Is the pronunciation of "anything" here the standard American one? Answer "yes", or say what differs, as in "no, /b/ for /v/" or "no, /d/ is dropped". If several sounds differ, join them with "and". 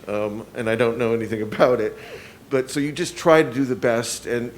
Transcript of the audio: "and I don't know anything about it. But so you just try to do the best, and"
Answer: yes